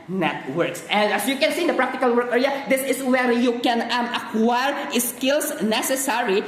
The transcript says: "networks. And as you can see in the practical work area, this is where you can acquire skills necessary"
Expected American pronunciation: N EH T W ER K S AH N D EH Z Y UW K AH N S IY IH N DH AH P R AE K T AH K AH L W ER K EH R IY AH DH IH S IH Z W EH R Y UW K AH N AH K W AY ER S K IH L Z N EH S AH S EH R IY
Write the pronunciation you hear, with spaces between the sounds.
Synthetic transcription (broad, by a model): N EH T W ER K S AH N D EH S Y UW K AH N S IY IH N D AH P R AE K T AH K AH L W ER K EH R IY AH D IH S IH S W EH R Y UW K AH N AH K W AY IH S K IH L S N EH S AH S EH R IY